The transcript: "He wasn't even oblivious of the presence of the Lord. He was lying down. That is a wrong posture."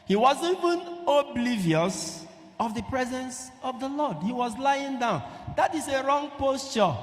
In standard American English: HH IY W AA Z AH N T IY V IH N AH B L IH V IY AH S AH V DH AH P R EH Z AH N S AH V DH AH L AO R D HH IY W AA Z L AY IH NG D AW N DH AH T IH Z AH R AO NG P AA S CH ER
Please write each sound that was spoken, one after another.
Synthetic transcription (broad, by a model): HH IY W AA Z IY V IH N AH B L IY V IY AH S AH V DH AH P R EH Z AH N S AH V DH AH L AO D HH IY W AA Z L AY IH NG D AW N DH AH T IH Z AH R AO NG P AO S CH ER